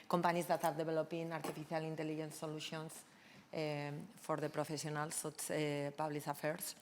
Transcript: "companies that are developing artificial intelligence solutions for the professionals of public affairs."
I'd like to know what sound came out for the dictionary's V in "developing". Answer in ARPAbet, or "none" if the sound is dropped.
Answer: B